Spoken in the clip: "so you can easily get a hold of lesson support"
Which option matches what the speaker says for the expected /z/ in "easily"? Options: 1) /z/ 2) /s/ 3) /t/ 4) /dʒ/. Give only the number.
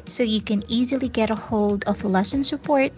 1